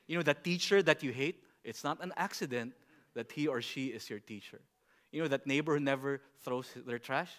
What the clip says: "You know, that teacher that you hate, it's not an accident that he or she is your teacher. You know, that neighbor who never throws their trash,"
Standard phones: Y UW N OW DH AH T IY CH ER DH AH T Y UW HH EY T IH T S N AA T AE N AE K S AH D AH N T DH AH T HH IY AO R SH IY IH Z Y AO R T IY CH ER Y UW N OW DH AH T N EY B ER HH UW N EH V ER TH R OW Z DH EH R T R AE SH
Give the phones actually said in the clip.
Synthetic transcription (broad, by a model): Y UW N OW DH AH T IY CH ER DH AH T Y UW HH EY T IH T S N AA T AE N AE K S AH D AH N T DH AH T HH IY AO R SH IY IH S Y AO R T IY CH ER Y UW N OW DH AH T N EY B ER HH UW N EH V ER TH R OW S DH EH R T R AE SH